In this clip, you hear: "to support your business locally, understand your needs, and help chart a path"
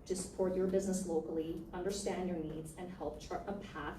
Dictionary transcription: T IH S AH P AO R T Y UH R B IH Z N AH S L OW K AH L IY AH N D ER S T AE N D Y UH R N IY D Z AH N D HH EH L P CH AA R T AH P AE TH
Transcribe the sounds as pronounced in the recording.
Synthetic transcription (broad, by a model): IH S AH P AO R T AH R B IH Z N AH S L OW K L IY AH N D ER S T AE N D Y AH R N IY D Z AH N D HH EH L P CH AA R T AH P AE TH